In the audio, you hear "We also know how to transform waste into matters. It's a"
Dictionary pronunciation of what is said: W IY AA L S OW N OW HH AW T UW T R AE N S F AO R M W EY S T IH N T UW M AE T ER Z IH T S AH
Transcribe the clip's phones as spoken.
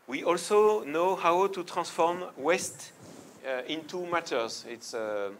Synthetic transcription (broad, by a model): W IY AA L S OW N OW HH AW T UW T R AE S F AO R M W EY S T IH N T UW M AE T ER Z IH T S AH